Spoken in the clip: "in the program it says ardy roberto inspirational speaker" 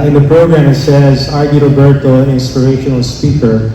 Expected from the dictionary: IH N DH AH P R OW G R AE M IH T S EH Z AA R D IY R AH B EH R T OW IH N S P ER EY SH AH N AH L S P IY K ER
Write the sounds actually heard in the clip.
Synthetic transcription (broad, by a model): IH N DH AH P R OW G R AE M IH T S EH Z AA R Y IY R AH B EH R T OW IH N S P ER EY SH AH N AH L S P IY K ER